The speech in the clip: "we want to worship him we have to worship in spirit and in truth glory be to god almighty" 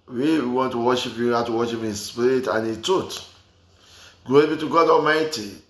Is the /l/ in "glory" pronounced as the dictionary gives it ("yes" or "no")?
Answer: no